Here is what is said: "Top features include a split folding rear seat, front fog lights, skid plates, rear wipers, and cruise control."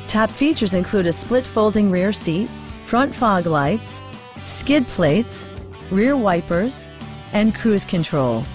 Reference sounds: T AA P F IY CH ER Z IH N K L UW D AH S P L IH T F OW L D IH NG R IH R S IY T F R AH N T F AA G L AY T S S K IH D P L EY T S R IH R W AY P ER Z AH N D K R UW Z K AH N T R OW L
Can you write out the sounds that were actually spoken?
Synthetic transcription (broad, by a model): T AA P F IY CH ER Z IH N K L UW D AH S P L IH T F OW L D IH NG R IH R S IY T F R AH N T F AA G L AY T S S K IH D P L EY T S R IH R W AY P ER Z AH N K R UW Z K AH N T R OW L